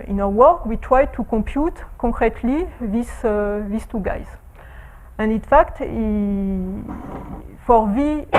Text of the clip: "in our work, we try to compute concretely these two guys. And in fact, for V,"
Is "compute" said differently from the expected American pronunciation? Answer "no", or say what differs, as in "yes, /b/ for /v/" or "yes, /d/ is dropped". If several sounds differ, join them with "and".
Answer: yes, /m/ is dropped